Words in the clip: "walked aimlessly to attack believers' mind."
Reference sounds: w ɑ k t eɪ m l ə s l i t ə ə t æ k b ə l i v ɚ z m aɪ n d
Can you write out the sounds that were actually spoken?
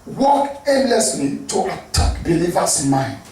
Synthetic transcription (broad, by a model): w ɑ k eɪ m l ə s l i t ə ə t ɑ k b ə l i v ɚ s m aɪ n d